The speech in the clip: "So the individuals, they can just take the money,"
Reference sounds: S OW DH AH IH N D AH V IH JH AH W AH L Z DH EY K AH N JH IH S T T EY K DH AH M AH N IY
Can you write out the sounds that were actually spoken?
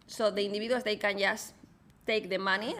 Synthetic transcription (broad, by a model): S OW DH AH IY N D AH B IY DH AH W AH Z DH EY K AH N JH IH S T T EY K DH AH M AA N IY